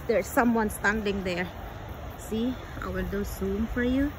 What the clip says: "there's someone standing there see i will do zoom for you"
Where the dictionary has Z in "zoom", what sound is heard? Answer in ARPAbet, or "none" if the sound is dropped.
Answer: S